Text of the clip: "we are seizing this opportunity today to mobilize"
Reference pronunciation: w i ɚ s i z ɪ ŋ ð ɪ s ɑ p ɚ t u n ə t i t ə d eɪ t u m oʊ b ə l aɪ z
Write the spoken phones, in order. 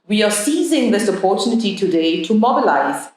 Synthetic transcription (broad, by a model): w i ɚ s i z ɪ ŋ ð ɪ s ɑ p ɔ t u n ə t i t ə d eɪ t u m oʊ b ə l aɪ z